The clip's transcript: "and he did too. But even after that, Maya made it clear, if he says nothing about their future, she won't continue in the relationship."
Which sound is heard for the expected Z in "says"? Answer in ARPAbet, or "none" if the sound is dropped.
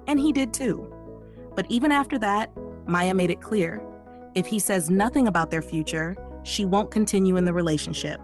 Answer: Z